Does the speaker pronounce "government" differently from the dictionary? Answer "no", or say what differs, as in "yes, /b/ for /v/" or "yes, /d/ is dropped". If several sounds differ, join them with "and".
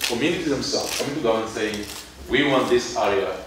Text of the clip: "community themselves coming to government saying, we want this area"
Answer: yes, /v/ is dropped and /m/ is dropped